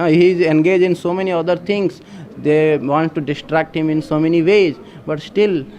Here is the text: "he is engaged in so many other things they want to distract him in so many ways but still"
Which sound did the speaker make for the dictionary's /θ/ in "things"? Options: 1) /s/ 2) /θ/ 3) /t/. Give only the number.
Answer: 3